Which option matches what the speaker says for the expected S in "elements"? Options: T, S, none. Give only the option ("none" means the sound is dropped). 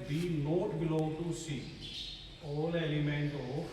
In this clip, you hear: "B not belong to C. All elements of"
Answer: none